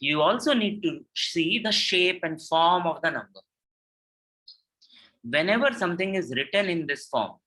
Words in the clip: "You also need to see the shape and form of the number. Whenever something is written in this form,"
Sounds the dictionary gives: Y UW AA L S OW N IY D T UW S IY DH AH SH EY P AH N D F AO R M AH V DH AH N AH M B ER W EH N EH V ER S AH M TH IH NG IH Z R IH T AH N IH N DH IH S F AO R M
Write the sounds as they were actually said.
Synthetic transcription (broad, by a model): Y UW AA L S OW N IY D T UW S IY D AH SH EY P AH N D F AO R M AH V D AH N AH M B ER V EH N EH V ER S AH M T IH NG IH Z R IH T AH N IH N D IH S F AO R M